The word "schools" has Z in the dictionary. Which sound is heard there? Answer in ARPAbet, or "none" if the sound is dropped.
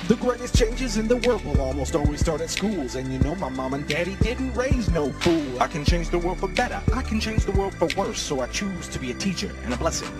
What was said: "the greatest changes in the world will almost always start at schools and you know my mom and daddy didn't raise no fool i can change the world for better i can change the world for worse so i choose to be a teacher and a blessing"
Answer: Z